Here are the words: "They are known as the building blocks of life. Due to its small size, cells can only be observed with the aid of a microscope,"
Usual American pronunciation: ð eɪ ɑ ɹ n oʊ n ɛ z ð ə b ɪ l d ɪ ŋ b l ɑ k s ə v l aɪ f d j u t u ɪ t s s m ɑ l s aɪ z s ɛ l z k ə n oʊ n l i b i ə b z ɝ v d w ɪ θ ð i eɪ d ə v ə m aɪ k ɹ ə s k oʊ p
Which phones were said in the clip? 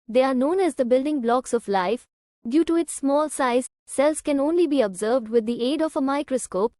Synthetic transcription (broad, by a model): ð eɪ ɑ ɹ n oʊ n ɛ z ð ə b ɪ l d ɪ ŋ b l ɑ k s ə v l aɪ f d j u t u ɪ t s s m ɑ l s aɪ z s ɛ l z k ə n oʊ n l i b i ə b z ɝ v d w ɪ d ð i eɪ d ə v ə m aɪ k ɹ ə s k oʊ p